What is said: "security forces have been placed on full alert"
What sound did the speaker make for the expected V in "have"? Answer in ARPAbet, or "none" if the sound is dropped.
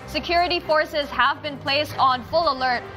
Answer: V